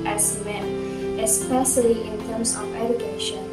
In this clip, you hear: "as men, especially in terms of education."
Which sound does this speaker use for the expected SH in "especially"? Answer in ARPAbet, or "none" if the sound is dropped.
S